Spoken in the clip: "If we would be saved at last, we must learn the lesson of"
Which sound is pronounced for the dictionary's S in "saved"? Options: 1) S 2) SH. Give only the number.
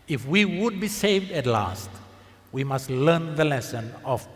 1